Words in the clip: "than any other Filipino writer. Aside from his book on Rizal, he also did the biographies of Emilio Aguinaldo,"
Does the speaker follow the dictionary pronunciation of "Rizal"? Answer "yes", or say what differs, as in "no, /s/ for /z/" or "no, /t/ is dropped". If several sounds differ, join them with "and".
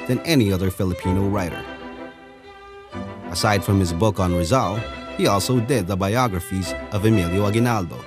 yes